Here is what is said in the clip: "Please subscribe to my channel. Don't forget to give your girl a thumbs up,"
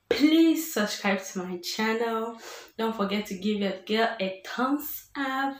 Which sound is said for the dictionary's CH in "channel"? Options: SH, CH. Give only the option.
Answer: CH